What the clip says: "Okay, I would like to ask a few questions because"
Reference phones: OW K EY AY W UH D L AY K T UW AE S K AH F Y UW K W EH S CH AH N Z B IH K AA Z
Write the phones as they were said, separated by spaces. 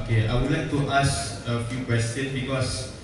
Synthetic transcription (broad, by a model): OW K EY AY W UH D L AY K T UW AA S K AH F Y UW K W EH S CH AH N B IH K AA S